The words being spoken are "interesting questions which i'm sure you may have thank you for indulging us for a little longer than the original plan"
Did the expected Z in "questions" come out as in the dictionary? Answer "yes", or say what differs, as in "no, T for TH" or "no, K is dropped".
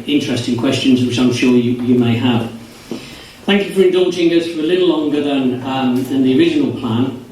yes